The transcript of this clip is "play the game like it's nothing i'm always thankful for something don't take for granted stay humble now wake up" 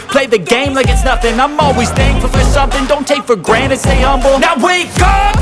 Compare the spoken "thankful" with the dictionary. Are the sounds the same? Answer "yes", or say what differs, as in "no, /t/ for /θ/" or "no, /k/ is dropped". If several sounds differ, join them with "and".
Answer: no, /k/ is dropped